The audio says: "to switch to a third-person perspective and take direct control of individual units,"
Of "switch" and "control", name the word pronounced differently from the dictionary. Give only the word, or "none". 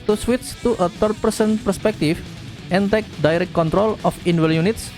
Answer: switch